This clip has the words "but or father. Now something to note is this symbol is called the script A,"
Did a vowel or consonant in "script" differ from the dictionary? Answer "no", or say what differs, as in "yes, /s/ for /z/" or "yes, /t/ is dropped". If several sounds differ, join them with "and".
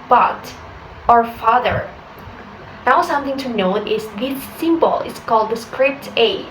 no